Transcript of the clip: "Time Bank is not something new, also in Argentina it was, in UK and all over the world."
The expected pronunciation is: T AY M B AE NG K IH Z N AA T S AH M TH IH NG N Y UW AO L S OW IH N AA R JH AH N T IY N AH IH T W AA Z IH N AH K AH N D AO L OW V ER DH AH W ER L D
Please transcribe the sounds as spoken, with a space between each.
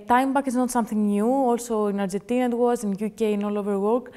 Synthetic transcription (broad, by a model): T AY M B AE K IH Z N AA T S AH M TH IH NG N Y UW AO L S OW IH N AA R JH AH N T IY N AH IH T W AA Z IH N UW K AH N AO L OW V ER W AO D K